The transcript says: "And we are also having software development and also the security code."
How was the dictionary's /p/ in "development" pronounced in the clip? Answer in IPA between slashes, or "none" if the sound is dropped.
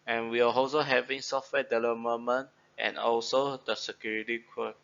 none